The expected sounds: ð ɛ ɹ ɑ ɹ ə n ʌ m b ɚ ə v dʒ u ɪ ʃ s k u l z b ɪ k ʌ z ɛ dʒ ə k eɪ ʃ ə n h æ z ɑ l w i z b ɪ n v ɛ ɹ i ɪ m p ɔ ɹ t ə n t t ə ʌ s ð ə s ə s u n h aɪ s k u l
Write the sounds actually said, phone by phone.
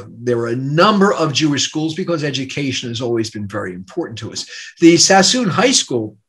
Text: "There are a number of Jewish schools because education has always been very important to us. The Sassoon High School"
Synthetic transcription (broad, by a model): ð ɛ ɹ ɹ ə n ʌ m b ɚ ə v dʒ u ɪ ʃ s k u l z b ɪ k ʌ z ɛ dʒ ə k eɪ ʃ ə n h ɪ z ɑ l w i z b ɪ n v ɛ ɹ i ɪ m p ɔ ɹ t n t t ə ʌ s ð ə s ə s u n h aɪ s k u l